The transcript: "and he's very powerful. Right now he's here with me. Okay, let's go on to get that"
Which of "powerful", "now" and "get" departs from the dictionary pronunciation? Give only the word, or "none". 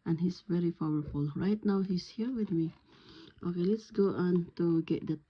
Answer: powerful